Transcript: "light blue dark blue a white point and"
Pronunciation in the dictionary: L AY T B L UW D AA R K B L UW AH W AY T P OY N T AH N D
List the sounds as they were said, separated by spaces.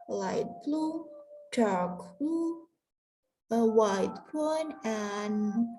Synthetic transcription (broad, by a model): L AY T B L UW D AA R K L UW AH W AY T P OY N AH N